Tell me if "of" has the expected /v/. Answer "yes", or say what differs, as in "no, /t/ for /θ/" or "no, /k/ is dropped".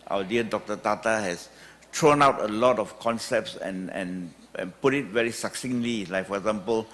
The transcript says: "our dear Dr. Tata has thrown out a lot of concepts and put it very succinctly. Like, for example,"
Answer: no, /f/ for /v/